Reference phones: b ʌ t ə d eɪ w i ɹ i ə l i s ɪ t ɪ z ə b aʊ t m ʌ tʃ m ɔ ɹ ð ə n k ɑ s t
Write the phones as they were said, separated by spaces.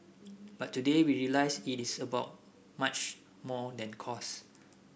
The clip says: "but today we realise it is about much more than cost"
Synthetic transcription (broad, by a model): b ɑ t ə d eɪ w i ɹ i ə l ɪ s ɪ t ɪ s ə b aʊ t m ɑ tʃ m ɔ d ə n k ɑ s